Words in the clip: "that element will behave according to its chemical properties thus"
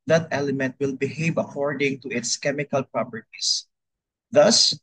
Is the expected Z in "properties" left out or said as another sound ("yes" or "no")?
yes